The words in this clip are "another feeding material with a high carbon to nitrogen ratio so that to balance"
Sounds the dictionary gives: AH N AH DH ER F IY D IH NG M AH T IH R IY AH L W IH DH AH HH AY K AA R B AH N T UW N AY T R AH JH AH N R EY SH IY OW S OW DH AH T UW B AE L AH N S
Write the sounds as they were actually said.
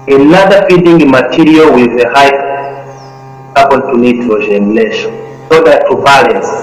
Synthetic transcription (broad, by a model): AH N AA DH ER F IY D IH NG M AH T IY R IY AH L W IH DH AH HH AY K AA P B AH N T UW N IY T L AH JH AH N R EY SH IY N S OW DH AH T UW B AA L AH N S